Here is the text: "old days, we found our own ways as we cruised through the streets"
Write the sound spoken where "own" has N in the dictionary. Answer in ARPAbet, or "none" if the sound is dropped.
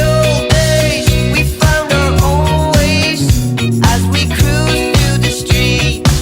L